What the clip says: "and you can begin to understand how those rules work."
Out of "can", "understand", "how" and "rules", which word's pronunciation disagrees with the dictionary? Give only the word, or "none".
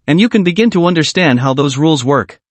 none